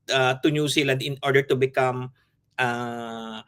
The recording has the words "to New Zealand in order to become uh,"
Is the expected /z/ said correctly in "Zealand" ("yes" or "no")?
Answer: no